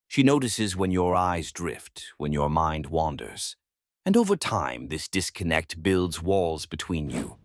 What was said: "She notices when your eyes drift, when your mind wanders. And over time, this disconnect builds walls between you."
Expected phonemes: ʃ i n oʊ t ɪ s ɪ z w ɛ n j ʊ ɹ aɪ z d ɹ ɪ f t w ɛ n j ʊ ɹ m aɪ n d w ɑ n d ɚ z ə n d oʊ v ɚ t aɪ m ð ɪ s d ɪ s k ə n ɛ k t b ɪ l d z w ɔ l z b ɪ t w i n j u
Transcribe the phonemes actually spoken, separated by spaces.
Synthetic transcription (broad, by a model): ʃ i n oʊ t ɪ s ɪ z w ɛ n j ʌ ɹ aɪ z d ɹ ɪ f t w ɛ n j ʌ ɹ m aɪ n d w ɑ n d ɚ z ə n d oʊ v ɚ t aɪ m ð ɪ s d ɪ s k ə n ɛ k t b ɪ l d z w ɔ l z b ɪ t w i n j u